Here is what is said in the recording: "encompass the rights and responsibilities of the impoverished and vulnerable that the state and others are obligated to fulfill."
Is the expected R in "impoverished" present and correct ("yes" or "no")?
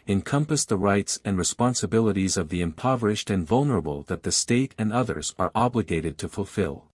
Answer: yes